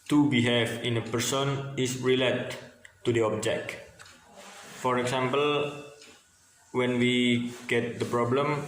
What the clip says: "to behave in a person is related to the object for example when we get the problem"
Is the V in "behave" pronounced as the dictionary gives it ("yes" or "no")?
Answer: no